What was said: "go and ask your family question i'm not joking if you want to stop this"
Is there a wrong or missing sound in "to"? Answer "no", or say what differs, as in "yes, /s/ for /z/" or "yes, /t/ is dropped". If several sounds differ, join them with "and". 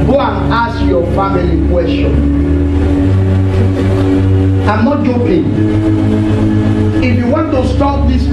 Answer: no